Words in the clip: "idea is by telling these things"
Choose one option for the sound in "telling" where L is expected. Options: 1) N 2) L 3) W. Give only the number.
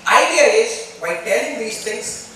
1